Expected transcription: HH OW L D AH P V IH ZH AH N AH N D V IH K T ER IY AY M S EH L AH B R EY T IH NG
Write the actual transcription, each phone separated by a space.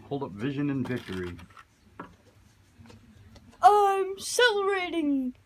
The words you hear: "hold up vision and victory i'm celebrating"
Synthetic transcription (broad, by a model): HH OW L D AH P V IH ZH AH N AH N V IH K T ER IY AY M S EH L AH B R EY T IH NG